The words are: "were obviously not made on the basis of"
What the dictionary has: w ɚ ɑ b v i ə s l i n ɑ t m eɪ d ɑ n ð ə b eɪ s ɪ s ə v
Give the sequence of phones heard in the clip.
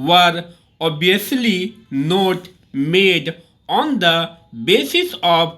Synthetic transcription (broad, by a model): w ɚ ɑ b i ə s l i n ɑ t m eɪ d ɑ n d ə b eɪ s ɪ s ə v